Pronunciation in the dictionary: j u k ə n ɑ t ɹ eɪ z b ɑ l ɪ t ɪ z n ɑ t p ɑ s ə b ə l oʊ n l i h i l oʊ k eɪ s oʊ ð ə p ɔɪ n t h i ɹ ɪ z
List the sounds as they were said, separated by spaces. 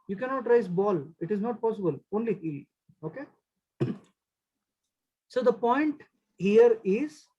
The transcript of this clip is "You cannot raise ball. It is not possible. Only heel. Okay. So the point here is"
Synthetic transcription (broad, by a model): j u k ə n ɑ t ɹ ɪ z b ɑ l ɪ t ɪ z n ɑ t p ɑ s ə b ə l oʊ n l i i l oʊ k eɪ s oʊ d ə p ɔɪ n t h i ɹ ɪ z